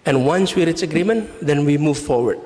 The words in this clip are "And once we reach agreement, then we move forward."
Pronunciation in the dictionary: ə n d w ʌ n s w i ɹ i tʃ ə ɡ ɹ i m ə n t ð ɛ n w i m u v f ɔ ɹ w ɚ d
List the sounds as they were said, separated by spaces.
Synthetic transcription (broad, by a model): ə n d w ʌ n s w i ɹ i s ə ɡ ɹ i m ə n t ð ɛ n w i m u v f ɔ ɹ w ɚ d